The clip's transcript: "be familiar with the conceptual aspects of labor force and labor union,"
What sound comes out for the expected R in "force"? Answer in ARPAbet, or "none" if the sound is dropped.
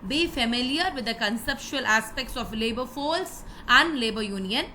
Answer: L